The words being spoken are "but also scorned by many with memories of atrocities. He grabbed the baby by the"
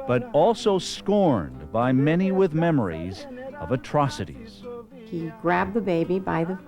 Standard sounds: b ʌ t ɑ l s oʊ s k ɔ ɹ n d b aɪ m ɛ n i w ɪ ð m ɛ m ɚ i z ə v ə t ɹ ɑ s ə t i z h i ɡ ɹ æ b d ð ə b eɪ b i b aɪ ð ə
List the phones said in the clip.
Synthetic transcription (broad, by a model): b ʌ t ɑ l s oʊ s k ɔ ɹ n b aɪ m ɛ n i w ɪ ð m ɛ m ɚ i z ə v ə t ɹ ɑ s ə t i z h i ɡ ɹ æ b ð ə b eɪ b i b aɪ ð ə